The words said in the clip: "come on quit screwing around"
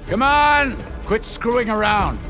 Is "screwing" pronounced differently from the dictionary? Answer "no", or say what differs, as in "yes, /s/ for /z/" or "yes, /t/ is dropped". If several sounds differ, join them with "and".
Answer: no